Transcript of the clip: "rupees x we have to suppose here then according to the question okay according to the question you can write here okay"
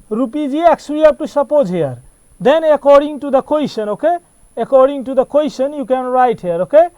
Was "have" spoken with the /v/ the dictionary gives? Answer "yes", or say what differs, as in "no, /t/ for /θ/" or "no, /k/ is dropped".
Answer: no, /p/ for /v/